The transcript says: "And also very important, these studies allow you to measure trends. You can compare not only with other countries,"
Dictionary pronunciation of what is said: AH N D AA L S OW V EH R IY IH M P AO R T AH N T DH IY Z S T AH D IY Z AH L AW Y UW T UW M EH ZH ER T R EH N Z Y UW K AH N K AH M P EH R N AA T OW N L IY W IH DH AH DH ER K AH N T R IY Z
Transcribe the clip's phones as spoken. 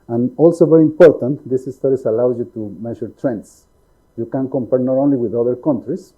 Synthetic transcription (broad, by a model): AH N AA L S OW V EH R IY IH M P AO R T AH N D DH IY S S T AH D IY S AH L AW Y UW T UW M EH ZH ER T R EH N S Y UW K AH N K AH M P EH R N AA T OW N L IY W IH DH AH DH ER K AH N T R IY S